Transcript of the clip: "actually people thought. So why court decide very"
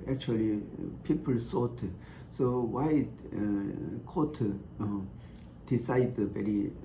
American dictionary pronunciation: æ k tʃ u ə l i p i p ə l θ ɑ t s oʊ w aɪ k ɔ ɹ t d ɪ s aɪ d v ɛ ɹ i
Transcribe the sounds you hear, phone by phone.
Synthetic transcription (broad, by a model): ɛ k tʃ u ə l i p i p ə l s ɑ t s oʊ w aɪ k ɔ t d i s aɪ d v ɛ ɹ i